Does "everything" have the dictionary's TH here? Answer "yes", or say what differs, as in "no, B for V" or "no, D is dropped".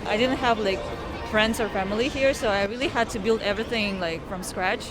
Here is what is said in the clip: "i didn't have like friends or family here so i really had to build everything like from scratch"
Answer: yes